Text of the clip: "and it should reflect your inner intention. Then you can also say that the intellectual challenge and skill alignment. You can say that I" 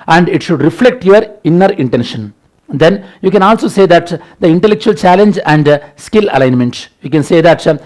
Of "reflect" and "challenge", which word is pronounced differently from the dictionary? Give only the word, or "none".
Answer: none